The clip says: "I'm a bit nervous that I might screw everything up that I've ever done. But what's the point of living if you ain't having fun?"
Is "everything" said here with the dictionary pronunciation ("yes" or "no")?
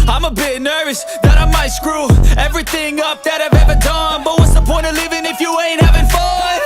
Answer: yes